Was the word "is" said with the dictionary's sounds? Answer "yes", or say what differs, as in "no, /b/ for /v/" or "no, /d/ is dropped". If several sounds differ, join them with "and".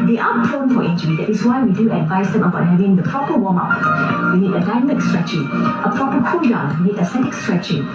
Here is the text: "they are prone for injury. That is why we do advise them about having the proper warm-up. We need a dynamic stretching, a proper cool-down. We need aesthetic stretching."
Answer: no, /s/ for /z/